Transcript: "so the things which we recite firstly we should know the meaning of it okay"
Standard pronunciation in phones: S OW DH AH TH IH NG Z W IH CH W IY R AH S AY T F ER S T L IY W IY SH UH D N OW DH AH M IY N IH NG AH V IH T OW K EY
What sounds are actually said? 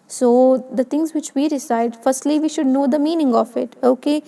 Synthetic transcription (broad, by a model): S OW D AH T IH NG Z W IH CH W IY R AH S AY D F ER S T L IY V IY SH UH D N OW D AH M IY N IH NG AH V IH T OW K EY